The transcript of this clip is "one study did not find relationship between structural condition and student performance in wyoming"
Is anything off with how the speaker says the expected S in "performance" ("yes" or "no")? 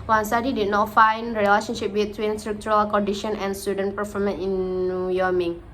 yes